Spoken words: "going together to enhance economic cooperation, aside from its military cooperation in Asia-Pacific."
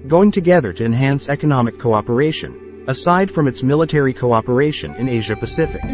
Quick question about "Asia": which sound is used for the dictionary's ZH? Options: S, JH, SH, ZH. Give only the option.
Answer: ZH